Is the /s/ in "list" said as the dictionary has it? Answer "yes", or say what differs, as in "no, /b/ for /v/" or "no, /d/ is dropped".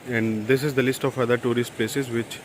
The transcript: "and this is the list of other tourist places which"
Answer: yes